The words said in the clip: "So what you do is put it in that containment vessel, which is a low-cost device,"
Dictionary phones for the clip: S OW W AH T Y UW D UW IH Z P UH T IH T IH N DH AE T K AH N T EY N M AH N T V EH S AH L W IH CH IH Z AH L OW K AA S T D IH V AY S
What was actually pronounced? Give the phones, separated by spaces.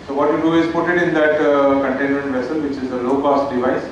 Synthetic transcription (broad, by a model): S OW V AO T Y UW D UW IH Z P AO T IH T IH N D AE T K AH N T EY N M AH N T V EH S AH L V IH CH IH Z AH L OW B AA S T D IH V AY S